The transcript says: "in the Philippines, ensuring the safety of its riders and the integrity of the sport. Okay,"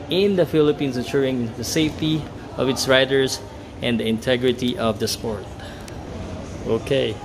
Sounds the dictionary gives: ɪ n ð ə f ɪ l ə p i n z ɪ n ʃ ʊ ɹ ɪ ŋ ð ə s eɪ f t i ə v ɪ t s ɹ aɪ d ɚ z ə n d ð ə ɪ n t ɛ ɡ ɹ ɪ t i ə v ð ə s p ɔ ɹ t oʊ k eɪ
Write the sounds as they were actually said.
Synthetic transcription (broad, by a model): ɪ n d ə f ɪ l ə p i n s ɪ ʃ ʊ ɹ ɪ ŋ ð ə s eɪ f t i ə v ɪ t s ɹ aɪ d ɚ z ə n d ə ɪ n t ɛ ɡ ɹ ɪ t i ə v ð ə s p ɔ ɹ t oʊ k eɪ